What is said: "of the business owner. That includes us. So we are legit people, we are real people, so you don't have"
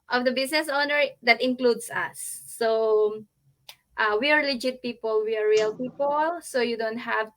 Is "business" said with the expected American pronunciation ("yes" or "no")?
no